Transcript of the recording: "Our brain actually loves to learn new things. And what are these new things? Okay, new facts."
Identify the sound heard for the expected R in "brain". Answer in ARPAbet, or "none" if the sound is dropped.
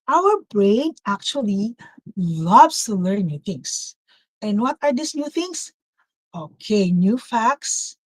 R